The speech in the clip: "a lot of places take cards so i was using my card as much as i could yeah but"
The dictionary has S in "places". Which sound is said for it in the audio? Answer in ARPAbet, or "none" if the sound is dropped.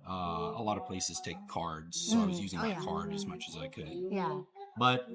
S